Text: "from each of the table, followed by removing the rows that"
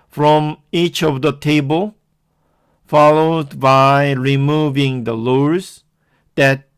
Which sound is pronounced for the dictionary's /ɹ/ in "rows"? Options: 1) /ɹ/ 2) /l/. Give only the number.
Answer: 2